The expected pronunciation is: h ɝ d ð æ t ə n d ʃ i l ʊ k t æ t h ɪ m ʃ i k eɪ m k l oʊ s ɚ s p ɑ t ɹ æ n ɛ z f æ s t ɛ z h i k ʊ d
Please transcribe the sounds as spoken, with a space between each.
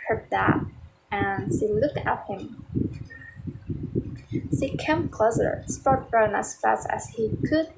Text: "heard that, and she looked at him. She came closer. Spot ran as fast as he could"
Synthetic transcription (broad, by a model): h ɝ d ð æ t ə n ʃ i l ʊ k t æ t h ɪ m ʃ i k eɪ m k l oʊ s ɚ s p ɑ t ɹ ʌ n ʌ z f æ s t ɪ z h i k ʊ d